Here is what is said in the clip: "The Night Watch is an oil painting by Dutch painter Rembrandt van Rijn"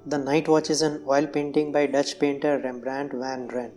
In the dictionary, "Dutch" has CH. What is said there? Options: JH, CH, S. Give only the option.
CH